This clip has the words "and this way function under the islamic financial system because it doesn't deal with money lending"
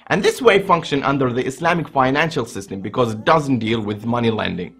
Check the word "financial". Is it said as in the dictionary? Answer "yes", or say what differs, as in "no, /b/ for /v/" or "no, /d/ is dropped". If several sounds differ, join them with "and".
yes